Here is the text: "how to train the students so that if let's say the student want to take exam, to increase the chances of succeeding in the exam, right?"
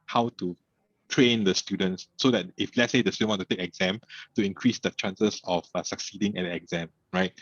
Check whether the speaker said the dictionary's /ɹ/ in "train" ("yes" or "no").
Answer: yes